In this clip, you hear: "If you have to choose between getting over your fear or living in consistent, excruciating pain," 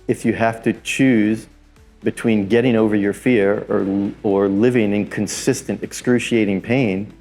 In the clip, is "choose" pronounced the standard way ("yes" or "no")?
yes